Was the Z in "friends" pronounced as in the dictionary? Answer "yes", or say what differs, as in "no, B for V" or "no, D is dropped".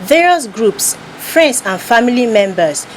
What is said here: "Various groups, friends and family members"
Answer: no, S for Z